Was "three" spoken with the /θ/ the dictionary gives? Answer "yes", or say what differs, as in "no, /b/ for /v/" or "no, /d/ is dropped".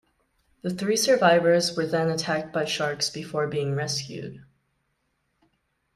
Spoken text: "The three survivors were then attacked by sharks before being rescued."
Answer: yes